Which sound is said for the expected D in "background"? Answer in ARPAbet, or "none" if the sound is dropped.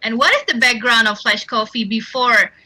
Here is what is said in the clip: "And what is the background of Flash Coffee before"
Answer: D